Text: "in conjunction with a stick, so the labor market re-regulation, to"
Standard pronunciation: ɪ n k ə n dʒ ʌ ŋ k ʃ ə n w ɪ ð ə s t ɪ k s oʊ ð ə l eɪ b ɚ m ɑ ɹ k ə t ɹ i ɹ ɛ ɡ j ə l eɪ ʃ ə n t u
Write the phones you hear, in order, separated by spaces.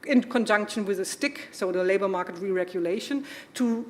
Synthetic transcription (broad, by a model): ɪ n k ə n dʒ ʌ ŋ k ʃ ə n w ɪ ð ə s t ɪ k s oʊ ð ə l eɪ b ɚ m ɑ ɹ k ə t ɹ i ɹ ɛ ɡ j ə l eɪ ʃ ə n t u